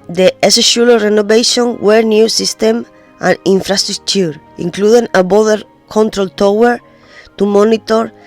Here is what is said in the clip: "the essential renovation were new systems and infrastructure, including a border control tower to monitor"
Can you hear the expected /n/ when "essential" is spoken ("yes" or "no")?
no